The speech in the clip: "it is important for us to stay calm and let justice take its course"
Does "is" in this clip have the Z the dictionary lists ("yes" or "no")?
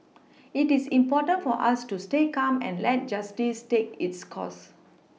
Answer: no